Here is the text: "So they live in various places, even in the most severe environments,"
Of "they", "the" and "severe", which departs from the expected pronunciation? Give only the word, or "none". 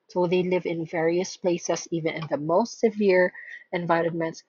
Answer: none